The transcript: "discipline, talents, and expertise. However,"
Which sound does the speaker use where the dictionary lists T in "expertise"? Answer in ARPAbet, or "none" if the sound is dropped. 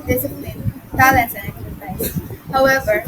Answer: S